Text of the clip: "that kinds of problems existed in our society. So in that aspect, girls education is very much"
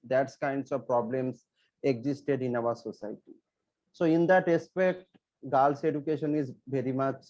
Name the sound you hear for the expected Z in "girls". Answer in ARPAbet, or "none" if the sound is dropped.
S